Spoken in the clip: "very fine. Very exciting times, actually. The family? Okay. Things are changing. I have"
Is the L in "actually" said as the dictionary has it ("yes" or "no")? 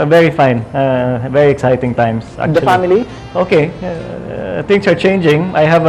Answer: no